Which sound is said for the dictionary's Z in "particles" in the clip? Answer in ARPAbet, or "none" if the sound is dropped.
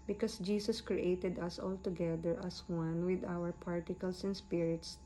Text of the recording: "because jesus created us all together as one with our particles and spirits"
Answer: S